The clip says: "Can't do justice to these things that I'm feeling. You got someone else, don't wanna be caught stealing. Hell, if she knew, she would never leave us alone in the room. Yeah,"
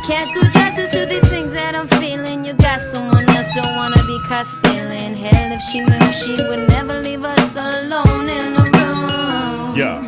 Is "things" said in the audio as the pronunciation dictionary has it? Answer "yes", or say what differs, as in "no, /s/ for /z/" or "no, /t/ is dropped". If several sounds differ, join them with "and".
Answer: yes